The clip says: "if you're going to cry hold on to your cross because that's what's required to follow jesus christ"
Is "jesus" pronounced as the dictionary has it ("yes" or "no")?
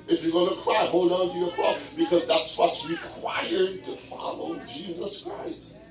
yes